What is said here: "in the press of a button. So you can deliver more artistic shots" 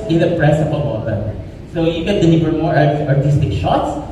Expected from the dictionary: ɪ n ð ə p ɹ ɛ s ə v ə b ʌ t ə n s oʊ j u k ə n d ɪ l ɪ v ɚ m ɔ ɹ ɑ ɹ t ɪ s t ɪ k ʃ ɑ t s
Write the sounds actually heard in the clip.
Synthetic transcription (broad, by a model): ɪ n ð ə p ɹ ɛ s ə p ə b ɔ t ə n s oʊ j u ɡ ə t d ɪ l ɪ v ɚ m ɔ ɹ ɑ ɹ t ɪ s t ɪ k ʃ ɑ t s